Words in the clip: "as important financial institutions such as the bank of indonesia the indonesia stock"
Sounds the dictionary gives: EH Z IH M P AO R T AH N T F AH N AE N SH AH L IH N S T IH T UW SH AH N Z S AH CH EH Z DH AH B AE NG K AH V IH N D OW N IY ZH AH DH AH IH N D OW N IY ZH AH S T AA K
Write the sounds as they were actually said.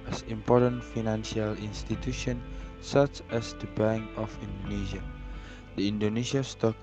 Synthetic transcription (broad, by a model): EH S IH M P AO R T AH N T F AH N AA N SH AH L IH N S T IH T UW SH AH N S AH CH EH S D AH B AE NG AH F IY N D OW N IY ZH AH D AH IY N D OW N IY S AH S T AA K